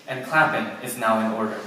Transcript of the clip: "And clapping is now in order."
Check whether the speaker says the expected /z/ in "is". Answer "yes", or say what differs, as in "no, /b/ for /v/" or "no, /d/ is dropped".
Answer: yes